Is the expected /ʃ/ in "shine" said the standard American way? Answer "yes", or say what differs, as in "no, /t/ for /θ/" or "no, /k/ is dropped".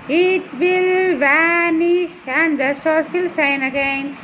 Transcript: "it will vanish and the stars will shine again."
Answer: no, /s/ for /ʃ/